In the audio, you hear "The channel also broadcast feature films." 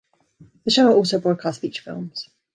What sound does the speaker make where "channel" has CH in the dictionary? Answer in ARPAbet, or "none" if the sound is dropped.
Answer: SH